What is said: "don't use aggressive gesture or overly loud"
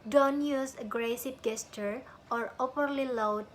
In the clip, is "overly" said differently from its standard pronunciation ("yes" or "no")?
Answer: yes